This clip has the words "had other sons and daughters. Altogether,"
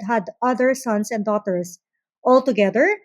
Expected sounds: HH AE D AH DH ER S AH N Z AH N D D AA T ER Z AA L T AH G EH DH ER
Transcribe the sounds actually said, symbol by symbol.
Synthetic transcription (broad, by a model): HH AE D AH DH ER S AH N S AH N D D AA T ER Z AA L T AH G EH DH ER